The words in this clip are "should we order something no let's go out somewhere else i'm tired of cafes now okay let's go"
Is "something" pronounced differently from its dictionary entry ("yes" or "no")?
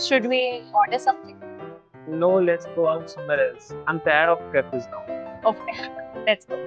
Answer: yes